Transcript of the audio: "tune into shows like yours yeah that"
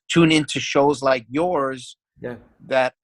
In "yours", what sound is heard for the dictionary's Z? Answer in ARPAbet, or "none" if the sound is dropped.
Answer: Z